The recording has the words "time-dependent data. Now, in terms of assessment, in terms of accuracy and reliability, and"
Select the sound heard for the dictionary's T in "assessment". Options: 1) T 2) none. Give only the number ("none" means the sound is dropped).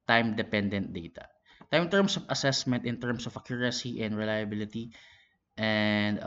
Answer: 1